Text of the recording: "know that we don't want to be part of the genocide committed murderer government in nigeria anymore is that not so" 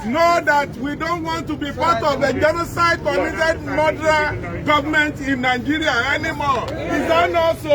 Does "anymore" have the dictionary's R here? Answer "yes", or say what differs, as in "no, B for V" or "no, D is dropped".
no, L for R